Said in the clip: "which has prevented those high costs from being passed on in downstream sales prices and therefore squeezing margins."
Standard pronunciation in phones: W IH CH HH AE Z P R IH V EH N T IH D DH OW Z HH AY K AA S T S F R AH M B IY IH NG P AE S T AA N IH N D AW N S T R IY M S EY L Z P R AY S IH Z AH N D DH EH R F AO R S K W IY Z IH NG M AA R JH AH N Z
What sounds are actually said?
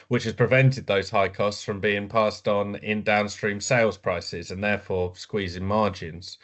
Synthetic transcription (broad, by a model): W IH CH HH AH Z P R IH V EH N T IH D DH OW Z HH AY K AA S T S F R AH M B IY IH NG P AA S T N IH N D AW N S T R IY M S EY L Z P R AY S IH Z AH N DH EH F AO S K W IY Z IH NG M AA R JH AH N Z